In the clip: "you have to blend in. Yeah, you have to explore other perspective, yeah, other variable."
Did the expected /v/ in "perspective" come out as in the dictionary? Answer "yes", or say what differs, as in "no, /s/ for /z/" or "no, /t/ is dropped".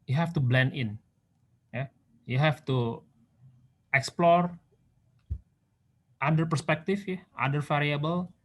no, /f/ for /v/